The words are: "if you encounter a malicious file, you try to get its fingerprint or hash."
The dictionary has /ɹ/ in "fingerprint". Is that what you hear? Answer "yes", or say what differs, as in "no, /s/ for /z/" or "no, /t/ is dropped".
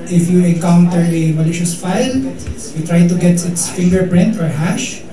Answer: yes